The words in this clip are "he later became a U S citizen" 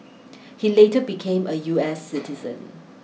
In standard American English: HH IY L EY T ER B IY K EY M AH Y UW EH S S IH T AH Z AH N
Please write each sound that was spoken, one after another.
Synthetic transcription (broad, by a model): HH IY L EY T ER B IY K EY M AH Y UW EH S S IH T AH Z AH N